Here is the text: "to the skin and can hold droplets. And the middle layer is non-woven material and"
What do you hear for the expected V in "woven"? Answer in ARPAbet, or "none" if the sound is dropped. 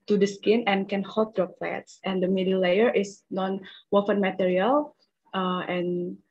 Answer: F